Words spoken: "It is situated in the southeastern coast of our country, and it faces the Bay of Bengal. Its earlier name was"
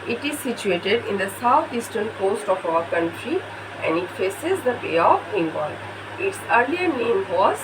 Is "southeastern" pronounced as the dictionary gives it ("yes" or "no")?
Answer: no